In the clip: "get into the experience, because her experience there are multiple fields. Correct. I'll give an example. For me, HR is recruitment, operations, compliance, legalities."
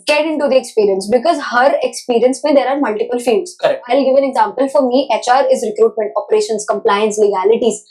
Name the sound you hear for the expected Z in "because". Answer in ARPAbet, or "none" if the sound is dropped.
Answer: Z